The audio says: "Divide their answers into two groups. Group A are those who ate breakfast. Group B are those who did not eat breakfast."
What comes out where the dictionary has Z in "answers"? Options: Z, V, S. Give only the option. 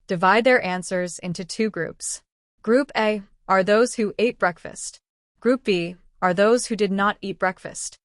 Z